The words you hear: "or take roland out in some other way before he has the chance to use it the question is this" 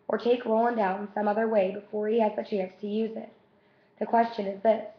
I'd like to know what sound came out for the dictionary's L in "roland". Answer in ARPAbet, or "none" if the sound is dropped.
none